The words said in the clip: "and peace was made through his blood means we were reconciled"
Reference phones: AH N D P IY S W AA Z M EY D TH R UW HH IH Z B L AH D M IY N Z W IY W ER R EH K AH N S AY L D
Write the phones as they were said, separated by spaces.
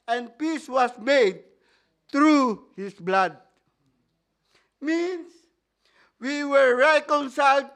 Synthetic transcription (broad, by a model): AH N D P IY S W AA S M EY D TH R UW HH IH S B L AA D M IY N S W IY W ER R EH K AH N S AY L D